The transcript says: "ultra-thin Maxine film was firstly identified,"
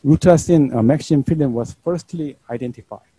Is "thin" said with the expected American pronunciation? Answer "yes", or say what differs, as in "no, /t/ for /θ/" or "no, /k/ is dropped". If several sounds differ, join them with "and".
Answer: no, /s/ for /θ/